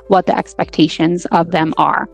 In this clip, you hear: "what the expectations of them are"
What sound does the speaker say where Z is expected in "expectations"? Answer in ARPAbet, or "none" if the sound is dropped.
Z